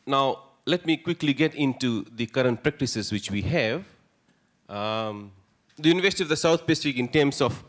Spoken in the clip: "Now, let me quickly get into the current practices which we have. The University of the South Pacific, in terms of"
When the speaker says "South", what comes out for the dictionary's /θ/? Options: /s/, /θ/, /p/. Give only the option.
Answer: /s/